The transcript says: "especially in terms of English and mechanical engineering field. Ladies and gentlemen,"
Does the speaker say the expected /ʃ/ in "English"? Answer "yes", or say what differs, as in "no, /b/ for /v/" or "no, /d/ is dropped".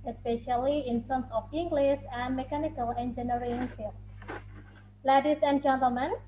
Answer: no, /s/ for /ʃ/